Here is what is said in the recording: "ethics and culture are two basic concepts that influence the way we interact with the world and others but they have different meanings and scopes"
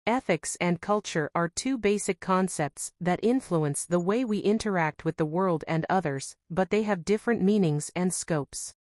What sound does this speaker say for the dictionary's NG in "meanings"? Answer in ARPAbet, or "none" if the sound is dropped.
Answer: NG